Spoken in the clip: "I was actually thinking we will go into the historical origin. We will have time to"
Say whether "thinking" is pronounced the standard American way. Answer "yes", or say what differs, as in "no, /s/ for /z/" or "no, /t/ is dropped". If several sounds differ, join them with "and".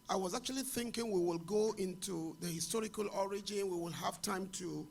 yes